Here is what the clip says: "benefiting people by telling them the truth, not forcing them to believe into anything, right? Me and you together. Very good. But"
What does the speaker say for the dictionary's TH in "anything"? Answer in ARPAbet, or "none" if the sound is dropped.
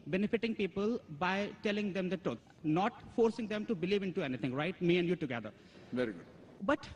T